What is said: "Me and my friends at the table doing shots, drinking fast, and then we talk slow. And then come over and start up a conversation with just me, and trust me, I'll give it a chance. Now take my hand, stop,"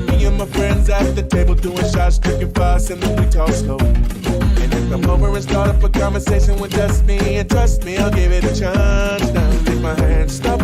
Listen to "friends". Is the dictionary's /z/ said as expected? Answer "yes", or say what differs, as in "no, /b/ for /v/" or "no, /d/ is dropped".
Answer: yes